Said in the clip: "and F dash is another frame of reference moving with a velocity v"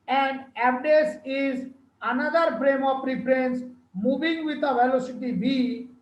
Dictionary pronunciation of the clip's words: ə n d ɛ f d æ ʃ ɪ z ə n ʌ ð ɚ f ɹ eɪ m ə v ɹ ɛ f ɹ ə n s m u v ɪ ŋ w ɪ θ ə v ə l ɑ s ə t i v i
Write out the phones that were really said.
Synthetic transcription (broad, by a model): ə n d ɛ p d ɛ s ɪ z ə n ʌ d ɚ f ɹ eɪ m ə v ɹ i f ɹ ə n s m u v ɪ ŋ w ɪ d ə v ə l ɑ s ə t i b i